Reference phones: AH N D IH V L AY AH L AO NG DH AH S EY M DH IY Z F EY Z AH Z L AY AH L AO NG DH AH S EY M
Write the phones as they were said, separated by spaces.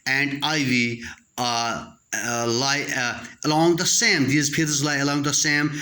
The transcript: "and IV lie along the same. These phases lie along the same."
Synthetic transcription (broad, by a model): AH N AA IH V L AY AH L AO NG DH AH S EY M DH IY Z P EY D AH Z L AY AH L AO NG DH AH S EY M